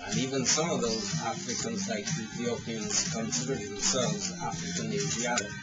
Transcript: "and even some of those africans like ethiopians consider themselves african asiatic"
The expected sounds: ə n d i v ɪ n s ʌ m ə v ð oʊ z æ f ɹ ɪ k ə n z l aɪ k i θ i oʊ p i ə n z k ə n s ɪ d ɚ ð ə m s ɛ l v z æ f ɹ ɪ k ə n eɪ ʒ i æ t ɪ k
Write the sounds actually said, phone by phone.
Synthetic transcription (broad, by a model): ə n i v ɪ n s ʌ m ə v ð oʊ z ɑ f ɹ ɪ k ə n z l aɪ k i θ i oʊ p i ə n z k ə n s ɪ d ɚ ð ə m s ɛ l v z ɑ f ɹ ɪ k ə n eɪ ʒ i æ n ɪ